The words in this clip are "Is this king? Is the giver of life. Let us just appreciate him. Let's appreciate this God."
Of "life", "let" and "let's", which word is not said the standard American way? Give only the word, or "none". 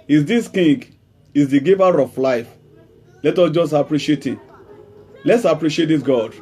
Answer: none